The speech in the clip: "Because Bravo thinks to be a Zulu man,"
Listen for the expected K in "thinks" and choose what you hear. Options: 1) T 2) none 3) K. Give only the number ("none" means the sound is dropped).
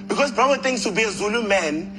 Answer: 2